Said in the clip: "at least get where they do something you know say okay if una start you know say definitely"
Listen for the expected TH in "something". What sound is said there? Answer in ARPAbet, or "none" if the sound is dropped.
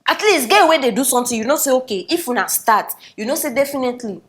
T